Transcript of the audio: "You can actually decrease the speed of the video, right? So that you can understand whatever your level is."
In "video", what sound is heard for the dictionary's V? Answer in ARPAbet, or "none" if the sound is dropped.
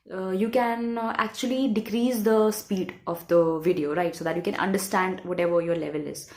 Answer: V